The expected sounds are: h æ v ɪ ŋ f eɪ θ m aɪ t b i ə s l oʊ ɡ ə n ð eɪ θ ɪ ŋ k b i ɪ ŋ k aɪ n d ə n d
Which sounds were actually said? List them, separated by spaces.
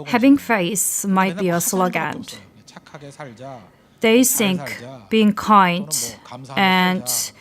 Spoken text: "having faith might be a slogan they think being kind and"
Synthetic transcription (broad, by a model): h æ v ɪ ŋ f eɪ s m aɪ t b i ə s l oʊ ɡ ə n ð eɪ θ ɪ ŋ k b i ɪ ŋ k aɪ n d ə n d